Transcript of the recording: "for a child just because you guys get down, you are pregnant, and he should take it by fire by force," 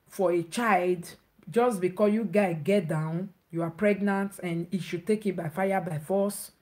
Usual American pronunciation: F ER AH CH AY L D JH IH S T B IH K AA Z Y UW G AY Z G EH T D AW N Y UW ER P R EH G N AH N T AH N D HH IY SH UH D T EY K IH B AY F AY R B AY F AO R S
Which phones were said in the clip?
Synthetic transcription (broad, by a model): F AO AH CH AY L D JH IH S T B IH K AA Y UW G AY G EH T D AW N Y UW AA P R EH G N AH N T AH N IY SH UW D T EY K IH B AY F AY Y B AY F AO S